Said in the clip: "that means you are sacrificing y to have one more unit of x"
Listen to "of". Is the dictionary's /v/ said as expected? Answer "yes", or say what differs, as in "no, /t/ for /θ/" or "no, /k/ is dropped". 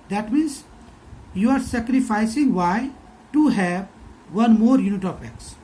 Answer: no, /p/ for /v/